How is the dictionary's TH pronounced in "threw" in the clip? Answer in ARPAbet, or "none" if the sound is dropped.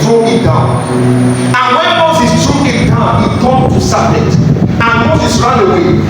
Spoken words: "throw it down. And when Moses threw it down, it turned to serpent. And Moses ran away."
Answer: T